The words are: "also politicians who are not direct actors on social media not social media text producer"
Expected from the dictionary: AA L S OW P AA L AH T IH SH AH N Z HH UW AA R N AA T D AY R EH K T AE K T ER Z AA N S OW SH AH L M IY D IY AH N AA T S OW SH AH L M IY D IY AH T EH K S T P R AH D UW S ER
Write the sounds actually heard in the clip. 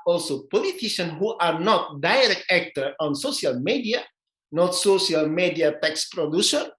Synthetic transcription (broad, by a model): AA L S OW P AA L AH T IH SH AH N HH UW AA R N AA T D AY R EH K T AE K T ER AA N S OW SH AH L M IY D IY AH N AA T S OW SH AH L M IY D IY AH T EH K S P R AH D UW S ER